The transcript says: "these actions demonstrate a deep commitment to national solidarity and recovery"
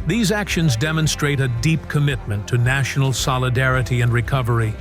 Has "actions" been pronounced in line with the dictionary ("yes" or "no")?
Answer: yes